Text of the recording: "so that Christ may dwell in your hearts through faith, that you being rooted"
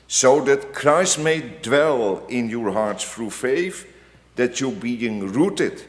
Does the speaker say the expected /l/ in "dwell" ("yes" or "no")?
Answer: yes